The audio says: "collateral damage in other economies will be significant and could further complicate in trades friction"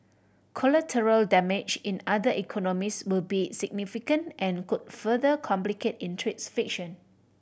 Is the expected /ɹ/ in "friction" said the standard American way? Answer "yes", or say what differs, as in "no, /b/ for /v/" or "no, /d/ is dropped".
no, /ɹ/ is dropped